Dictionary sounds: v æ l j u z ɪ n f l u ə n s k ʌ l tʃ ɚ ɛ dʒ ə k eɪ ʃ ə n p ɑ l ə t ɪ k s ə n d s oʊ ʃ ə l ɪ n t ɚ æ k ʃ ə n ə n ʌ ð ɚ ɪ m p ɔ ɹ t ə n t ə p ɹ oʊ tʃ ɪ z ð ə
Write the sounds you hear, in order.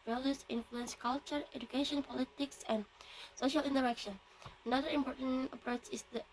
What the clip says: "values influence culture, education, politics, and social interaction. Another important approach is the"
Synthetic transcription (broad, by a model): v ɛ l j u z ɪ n f l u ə n s k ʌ l tʃ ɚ ɛ dʒ ə k eɪ ʃ ə n p ɑ l ə t ɪ k s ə n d s oʊ ʃ ə l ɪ n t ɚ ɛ k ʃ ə n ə n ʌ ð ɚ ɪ m p ɔ ɹ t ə n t ə p ɹ oʊ tʃ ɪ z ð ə